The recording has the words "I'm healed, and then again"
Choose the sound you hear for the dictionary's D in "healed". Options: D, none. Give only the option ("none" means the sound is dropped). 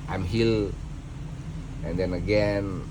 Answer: none